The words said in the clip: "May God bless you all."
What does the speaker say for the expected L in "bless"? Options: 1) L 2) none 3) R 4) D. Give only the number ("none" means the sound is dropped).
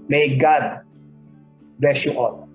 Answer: 2